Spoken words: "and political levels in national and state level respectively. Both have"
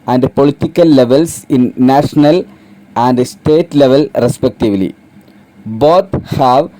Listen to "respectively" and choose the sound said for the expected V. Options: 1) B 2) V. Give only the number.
2